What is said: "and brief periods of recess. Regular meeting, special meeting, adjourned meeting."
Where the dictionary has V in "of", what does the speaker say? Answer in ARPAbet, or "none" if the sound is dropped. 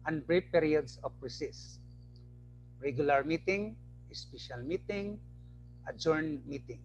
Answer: P